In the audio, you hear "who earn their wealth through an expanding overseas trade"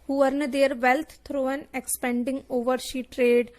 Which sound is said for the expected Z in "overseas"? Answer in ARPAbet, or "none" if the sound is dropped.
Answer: none